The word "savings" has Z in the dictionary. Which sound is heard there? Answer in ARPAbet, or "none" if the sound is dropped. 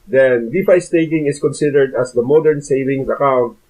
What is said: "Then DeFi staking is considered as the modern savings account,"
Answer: S